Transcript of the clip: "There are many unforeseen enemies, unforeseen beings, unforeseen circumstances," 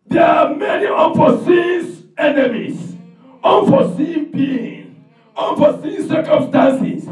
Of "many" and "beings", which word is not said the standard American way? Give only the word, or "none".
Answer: beings